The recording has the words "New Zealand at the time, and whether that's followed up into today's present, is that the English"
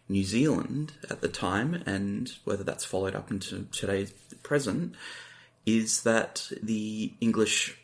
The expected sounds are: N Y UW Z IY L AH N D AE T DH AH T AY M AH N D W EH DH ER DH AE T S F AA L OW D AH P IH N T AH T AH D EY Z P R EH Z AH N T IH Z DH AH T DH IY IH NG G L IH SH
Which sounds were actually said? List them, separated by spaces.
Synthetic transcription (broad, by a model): N Y UW Z IY L AH N D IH T DH AH T AY M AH N W EH DH ER DH AE T S F AA L OW D AH P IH N T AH T AH D EY Z P R EH Z AH N T IH Z DH AH T DH IY IH NG G L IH SH